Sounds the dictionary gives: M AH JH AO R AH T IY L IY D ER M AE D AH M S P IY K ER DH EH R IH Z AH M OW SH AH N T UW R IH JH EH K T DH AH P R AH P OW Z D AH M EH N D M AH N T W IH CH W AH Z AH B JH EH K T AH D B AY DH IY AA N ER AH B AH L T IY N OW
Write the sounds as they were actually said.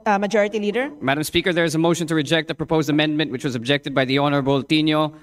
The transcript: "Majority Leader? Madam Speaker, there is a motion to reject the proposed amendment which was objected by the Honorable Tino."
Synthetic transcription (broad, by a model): M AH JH AO R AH T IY L IY D ER M AE D AH M S P IY K ER DH EH R IH Z AH M OW SH AH N T UW R IH JH EH K T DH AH P R AH P OW Z D AH M EH N D M AH N T W IH CH W AH Z AH B JH EH K T AH D B AY DH IY AA N ER AH B AH L T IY N OW